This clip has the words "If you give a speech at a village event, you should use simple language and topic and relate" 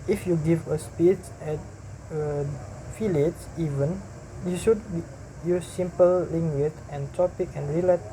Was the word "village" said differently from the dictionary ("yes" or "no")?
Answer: yes